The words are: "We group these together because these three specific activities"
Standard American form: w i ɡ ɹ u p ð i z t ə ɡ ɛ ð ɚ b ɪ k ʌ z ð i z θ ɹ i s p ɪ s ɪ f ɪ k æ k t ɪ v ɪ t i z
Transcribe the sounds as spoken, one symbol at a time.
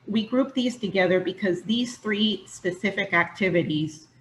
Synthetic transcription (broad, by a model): w i ɡ ɹ u p ð i z t ə ɡ ɛ ð ɚ b ɪ k ʌ z ð i z θ ɹ i s p ɪ s ɪ f ɪ k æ k t ɪ v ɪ t i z